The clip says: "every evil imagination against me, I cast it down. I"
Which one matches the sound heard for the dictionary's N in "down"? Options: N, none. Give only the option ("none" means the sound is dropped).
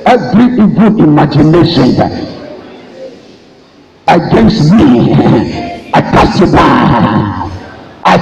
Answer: none